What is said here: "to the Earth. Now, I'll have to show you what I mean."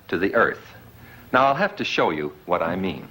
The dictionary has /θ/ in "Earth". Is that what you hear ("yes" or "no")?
yes